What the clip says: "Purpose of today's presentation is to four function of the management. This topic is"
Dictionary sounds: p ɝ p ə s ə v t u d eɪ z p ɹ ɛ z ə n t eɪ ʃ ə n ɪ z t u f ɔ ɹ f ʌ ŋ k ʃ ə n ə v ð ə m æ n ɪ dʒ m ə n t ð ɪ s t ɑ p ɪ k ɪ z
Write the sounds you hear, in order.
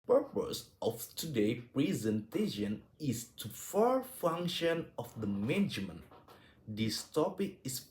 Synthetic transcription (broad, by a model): p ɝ p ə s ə f t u d eɪ p ɹ ɛ z ə n t eɪ ʃ ə n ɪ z t u f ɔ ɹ f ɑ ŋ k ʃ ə n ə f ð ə m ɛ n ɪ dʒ m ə n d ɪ s t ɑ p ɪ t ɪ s